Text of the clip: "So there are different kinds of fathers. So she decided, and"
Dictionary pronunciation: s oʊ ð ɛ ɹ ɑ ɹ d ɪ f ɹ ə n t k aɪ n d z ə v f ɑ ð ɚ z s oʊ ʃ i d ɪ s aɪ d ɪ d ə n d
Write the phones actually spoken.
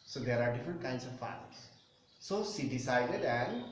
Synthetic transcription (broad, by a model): s oʊ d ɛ ɹ ɑ ɹ d ɪ f ɹ ə n t k aɪ n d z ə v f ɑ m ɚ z s oʊ s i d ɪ s aɪ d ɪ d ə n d